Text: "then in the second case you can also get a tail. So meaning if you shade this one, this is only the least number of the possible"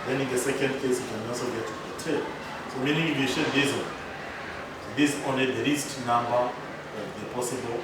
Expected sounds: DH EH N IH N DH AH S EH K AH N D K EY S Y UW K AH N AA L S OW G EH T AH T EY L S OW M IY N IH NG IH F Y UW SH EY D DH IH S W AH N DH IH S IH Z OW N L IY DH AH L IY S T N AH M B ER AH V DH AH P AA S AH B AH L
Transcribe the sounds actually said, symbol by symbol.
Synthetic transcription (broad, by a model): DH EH N IH N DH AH S EH K AH N D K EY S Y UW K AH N AA L S OW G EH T AH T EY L S OW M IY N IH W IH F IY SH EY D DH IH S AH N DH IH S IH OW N IY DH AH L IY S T N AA M B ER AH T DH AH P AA S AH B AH L